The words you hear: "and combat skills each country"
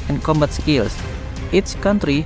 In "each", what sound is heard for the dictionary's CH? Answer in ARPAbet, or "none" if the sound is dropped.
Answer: S